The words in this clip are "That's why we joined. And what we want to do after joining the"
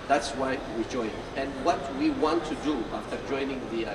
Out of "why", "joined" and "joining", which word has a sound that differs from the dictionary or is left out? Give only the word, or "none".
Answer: joined